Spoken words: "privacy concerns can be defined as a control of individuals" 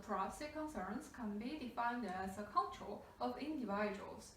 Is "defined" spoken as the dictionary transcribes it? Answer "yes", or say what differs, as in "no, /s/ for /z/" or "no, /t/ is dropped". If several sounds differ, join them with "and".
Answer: yes